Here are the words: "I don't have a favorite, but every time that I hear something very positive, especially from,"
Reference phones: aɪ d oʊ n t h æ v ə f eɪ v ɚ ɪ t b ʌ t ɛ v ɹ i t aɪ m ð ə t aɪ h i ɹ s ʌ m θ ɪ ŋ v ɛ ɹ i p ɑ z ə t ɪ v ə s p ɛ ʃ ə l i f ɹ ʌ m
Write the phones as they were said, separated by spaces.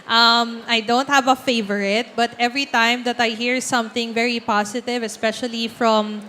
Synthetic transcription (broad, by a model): aɪ d oʊ n t h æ v ə f eɪ v ɚ ɪ t b ʌ t ɛ v ɹ i t aɪ m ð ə t aɪ h i ɹ s ʌ m θ ɪ ŋ v ɛ ɹ i p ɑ s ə t ɪ v ə s p ɛ ʃ ə l i f ɹ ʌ m